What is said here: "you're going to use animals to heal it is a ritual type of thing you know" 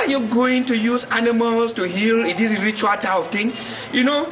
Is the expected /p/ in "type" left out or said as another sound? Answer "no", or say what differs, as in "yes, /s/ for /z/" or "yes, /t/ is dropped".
yes, /p/ is dropped